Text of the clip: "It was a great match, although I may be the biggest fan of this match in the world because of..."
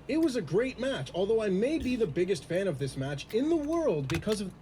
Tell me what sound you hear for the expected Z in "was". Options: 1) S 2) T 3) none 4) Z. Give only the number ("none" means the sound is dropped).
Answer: 4